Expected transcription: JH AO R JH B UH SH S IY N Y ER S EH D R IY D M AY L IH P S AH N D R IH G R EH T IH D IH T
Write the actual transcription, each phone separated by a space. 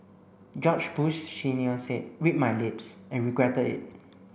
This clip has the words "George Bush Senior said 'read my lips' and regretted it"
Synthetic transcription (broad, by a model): JH AO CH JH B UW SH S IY N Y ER S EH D W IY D M AY L IH P S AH N R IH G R EH T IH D IH T